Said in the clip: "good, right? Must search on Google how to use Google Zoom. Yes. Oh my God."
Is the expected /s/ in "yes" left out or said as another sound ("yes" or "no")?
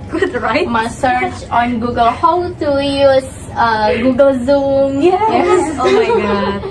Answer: yes